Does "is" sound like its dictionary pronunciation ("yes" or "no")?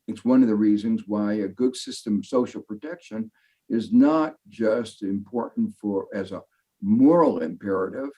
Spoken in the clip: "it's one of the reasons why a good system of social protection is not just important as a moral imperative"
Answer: yes